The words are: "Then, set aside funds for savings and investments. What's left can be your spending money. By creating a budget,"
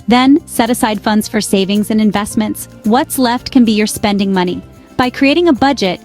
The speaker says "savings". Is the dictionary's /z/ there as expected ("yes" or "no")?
yes